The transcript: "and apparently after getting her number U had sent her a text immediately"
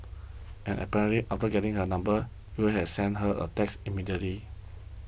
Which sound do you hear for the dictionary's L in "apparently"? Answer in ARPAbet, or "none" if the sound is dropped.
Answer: none